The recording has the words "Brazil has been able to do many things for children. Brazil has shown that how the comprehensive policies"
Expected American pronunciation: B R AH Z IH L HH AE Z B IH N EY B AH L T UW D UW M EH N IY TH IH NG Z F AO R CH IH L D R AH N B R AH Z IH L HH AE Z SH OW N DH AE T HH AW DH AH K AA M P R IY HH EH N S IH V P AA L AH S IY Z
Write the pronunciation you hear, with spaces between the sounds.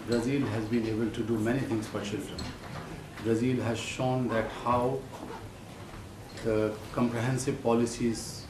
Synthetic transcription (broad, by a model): B R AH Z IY L HH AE Z B IH N EY B AH L T UW D UW M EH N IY T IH NG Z F AO R CH IH L D R AH N B R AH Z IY L HH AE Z SH OW N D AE T HH AW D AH K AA M P R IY HH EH N S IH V P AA L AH S IY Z